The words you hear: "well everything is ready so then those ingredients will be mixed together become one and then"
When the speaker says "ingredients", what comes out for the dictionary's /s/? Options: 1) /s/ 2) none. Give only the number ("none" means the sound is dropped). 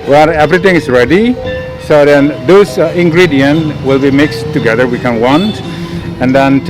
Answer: 2